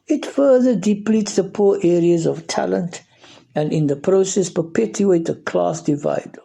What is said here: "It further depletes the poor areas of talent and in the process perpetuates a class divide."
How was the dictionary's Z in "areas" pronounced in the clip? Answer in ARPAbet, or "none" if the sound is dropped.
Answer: Z